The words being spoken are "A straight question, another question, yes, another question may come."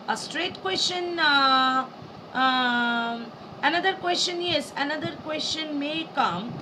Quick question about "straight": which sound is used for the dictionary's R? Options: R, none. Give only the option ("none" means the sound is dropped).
R